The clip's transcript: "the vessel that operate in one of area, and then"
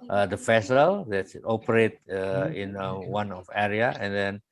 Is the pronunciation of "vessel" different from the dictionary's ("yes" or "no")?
yes